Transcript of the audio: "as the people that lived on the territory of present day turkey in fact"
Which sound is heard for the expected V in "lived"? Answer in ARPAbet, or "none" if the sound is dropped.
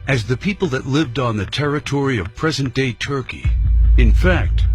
V